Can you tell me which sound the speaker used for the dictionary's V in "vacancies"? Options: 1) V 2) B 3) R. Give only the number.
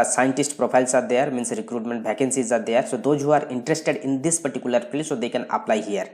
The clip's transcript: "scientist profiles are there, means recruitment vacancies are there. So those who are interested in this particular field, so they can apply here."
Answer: 2